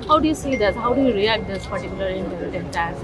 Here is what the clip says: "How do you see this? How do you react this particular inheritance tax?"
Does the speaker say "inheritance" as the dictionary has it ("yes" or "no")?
no